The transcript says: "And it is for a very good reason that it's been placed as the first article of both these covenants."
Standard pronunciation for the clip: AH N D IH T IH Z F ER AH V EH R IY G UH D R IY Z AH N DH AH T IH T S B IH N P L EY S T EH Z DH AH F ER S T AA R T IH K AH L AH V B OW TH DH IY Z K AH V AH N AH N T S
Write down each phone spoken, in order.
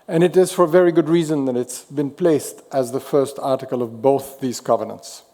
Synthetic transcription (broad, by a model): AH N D IH T IH Z F ER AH V EH R IY G UH D R IY Z AH N DH AH T IH T S B IH N P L EY S T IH Z DH AH F ER S T AA R T IH K AH L AH V B OW TH DH IY Z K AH V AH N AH N T S